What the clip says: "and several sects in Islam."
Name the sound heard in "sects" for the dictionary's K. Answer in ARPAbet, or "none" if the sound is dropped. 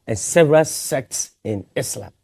K